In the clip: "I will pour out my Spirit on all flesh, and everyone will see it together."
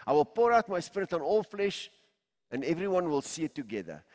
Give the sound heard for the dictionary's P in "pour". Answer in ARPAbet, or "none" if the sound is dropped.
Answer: P